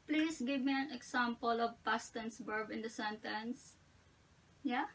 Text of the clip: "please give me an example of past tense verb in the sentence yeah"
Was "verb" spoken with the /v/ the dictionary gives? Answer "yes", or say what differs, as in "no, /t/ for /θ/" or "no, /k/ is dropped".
no, /b/ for /v/